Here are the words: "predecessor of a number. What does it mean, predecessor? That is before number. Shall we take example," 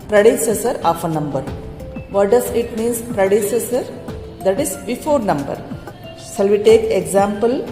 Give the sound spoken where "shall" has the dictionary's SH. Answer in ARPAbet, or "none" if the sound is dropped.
S